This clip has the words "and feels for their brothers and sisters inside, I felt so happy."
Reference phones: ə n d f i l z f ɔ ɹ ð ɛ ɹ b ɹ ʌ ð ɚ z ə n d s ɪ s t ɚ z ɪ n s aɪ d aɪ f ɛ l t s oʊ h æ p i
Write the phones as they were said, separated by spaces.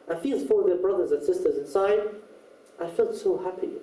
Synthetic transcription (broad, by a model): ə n f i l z f ɔ ɹ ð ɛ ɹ b ɹ ʌ ð ɚ z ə n s ɪ s t ɚ z ɪ n s aɪ d aɪ f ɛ l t s oʊ h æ p i